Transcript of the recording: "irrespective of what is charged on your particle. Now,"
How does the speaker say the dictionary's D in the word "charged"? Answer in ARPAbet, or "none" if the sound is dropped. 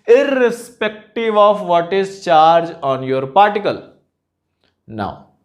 none